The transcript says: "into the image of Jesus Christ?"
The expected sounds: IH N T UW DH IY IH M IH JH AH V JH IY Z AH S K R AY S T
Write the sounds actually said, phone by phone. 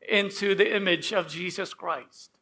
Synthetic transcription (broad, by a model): IH N T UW DH IY IH M IH JH AH V JH IY Z AH S K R AY S T